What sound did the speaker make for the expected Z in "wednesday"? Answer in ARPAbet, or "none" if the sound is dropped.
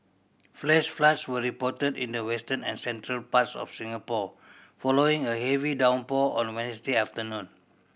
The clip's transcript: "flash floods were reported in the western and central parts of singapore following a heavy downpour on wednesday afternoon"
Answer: S